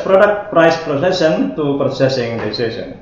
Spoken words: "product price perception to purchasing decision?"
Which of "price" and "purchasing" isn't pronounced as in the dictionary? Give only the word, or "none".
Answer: purchasing